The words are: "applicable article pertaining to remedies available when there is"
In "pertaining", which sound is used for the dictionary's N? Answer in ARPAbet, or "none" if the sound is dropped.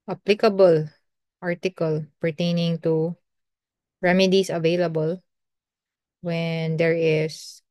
N